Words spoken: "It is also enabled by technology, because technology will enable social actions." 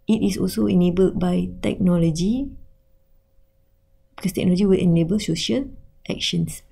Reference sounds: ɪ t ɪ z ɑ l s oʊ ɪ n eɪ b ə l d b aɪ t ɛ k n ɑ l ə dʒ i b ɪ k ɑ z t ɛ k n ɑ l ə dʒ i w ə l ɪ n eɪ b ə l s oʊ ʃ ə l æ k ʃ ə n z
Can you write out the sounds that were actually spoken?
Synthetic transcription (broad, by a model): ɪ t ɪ s ɑ l s oʊ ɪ n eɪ b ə l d b aɪ t ɛ k n ɑ l ə dʒ i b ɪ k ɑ s t ɛ k n ɑ l ə dʒ i w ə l ɪ n eɪ b ə l s oʊ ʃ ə l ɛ k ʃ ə n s